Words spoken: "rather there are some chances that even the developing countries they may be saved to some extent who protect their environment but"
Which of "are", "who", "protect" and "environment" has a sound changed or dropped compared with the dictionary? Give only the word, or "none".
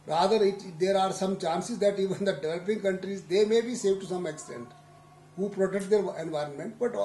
none